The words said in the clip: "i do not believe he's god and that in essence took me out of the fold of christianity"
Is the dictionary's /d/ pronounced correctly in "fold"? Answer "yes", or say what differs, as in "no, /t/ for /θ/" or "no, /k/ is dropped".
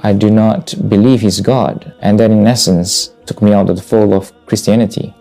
no, /d/ is dropped